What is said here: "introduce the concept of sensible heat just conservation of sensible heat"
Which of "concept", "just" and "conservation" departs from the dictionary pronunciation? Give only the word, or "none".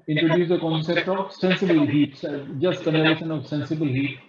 conservation